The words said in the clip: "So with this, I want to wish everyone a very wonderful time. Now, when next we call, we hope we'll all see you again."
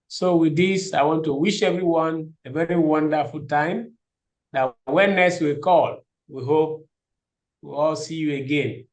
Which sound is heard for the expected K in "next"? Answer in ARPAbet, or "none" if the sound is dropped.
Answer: none